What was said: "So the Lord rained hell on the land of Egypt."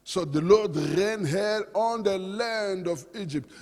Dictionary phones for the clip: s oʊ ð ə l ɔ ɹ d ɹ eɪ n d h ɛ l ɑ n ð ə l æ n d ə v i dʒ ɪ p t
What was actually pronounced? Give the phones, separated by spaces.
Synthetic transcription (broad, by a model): s oʊ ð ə l ɔ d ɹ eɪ n h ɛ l ɑ n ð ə l æ n d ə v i dʒ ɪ p t